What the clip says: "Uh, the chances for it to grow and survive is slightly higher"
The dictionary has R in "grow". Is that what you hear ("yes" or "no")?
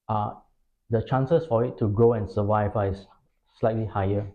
yes